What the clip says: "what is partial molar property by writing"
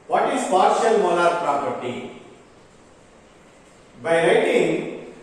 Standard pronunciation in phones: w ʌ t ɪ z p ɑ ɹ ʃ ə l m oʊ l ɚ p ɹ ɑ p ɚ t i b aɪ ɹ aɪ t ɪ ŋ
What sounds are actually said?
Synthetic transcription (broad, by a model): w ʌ t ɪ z p ɑ ɹ ʃ ə l m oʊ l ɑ p ɹ ɑ p ɚ t i b aɪ ɹ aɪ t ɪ ŋ